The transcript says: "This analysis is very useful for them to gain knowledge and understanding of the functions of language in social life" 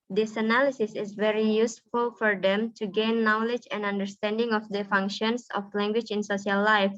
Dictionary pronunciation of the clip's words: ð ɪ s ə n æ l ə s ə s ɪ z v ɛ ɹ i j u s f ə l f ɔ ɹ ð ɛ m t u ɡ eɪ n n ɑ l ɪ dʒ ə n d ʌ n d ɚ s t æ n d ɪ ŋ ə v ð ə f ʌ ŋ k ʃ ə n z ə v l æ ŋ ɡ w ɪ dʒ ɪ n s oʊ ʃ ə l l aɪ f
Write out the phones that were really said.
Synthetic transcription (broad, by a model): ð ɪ s ə n æ l ə s ə s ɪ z v ɛ ɹ i j u s f ə l f ɔ ɹ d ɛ m t u ɡ eɪ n n ɑ l ɪ dʒ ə n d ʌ n d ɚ s t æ n d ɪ ŋ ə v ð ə f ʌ ŋ k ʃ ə n s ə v l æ ŋ ɡ w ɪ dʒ ɪ n s oʊ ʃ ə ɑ l aɪ f